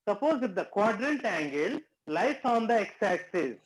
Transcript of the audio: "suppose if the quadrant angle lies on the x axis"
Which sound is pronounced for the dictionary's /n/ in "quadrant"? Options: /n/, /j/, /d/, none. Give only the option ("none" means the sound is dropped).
/n/